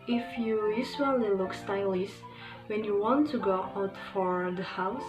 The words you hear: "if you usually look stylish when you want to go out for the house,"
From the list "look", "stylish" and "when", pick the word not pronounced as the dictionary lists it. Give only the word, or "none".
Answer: stylish